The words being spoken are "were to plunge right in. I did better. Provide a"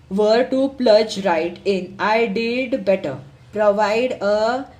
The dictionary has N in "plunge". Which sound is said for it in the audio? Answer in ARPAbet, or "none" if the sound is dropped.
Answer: none